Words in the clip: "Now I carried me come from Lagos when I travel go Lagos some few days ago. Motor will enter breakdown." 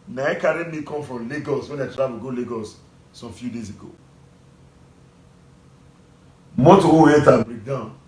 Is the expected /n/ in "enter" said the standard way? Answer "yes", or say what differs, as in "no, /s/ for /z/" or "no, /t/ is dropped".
no, /n/ is dropped